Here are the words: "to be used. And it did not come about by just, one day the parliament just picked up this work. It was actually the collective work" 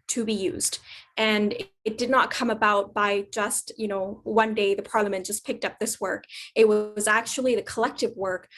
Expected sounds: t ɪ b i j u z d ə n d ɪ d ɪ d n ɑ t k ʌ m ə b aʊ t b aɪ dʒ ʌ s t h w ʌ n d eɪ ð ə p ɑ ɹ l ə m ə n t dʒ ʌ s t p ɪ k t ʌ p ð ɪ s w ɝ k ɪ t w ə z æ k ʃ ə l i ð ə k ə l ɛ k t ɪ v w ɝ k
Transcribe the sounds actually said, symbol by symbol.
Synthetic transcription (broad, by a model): t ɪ b i j u z d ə n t d ɪ d n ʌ t k ʌ m ə b aʊ t b aɪ dʒ ʌ s t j w ʌ n d eɪ ð ə p ɑ ɹ l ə m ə n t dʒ ʌ s p ɪ k t ʌ p ð ɪ s w ɝ k ɪ t w ə z æ k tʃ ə l i ð ə k ə l ɛ k t ɪ v w ɝ k